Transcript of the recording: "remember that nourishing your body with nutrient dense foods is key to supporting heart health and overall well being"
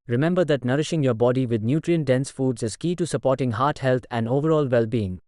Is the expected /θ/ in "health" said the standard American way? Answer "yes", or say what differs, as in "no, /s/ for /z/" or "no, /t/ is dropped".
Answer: no, /t/ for /θ/